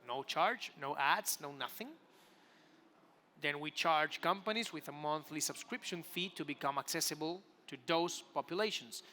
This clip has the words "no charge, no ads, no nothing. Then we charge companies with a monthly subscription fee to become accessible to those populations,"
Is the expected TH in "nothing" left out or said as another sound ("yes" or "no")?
no